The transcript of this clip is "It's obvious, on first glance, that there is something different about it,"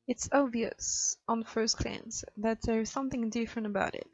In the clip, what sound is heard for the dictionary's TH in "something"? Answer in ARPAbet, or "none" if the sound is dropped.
TH